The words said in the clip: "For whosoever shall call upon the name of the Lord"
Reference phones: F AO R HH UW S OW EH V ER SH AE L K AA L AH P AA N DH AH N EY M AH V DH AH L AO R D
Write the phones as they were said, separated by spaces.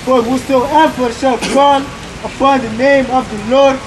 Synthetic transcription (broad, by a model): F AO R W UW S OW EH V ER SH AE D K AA N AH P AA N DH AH N EY M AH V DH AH L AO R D